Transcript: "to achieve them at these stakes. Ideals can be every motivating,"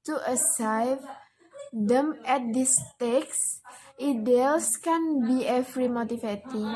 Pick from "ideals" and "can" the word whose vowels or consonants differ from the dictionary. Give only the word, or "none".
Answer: ideals